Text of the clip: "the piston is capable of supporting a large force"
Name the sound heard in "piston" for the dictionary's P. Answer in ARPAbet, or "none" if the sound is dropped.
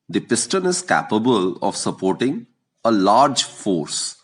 P